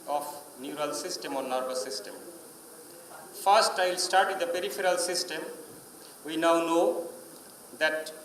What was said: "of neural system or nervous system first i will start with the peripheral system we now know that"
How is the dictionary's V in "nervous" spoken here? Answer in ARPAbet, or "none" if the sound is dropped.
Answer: B